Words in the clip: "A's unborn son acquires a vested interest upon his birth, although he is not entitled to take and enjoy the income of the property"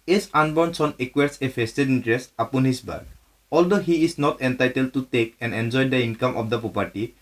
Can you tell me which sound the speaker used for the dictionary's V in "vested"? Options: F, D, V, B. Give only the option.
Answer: F